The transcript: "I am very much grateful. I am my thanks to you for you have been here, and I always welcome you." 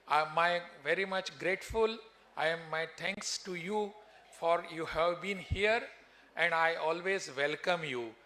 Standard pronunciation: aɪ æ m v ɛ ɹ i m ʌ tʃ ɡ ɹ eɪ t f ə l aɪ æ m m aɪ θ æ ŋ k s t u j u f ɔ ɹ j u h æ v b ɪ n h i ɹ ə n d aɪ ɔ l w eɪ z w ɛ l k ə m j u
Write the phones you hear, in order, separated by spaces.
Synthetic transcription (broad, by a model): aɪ m v ɛ ɹ i m ʌ tʃ ɡ ɹ eɪ t f ə l aɪ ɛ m m aɪ t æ ŋ k s t u j u f ɔ ɹ j u h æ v b ɪ n h i ɹ ə n d aɪ ɔ l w eɪ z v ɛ l k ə m j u